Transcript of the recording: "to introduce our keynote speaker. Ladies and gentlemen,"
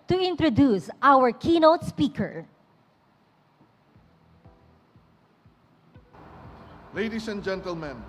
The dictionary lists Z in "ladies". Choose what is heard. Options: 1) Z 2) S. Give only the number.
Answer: 2